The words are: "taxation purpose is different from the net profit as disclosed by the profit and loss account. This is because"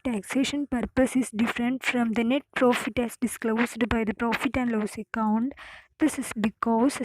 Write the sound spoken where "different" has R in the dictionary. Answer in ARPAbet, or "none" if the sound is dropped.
R